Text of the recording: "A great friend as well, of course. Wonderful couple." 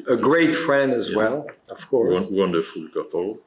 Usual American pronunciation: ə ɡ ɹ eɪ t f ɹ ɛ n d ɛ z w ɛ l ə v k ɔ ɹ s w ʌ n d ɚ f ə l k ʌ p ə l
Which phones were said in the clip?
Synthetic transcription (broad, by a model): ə ɡ ɹ eɪ t f ɹ ɛ n d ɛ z w ɛ l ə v k ɔ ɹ w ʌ n d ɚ f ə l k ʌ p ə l